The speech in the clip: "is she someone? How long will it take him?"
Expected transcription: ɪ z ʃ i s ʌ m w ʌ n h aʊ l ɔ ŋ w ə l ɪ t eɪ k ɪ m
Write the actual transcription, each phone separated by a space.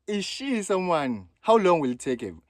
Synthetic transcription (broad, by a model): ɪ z ʃ i s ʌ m w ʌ n h aʊ l ɔ ŋ w ə l t eɪ k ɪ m